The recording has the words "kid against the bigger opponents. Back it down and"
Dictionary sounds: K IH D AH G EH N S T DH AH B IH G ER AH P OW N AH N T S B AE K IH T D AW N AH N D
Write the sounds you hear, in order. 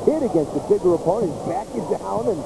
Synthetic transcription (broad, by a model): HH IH D AH G EH N S T DH AH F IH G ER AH P OW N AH N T B AE K IH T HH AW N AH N